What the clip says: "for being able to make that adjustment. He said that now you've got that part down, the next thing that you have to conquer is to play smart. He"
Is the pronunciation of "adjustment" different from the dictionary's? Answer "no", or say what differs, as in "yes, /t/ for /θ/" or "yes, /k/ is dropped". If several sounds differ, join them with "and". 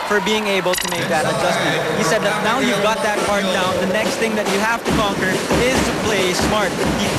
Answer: yes, /m/ is dropped